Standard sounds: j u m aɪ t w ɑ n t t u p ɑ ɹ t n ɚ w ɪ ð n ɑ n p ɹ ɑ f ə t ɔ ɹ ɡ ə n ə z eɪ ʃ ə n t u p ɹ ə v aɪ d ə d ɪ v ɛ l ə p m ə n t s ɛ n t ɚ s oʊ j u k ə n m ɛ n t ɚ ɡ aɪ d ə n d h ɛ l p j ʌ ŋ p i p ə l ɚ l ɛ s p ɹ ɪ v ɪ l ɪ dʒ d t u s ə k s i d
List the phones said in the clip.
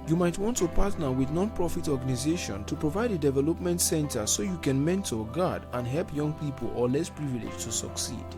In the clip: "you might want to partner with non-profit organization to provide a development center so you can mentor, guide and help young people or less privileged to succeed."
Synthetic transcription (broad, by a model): j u m aɪ t w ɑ n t t u p ɑ t n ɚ w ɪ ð n ɑ n p ɹ ɑ f ə t ɔ ɡ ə n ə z eɪ ʃ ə n t u p ɹ ə v aɪ d ə d ɪ v ɛ l ə p m ə n t s ɛ n t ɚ s oʊ j u k ə n m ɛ n t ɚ ɡ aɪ d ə n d h ɛ l p j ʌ ŋ p i p ə l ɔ l ɛ s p ɹ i v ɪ l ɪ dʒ t u s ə k s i